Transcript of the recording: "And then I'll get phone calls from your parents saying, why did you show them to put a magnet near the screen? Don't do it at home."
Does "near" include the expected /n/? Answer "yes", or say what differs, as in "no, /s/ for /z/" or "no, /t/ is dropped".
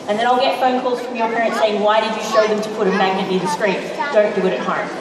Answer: no, /l/ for /n/